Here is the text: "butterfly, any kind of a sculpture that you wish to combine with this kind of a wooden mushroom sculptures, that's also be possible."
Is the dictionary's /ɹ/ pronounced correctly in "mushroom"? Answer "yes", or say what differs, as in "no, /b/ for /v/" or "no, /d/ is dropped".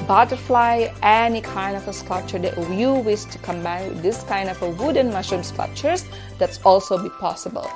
no, /ɹ/ is dropped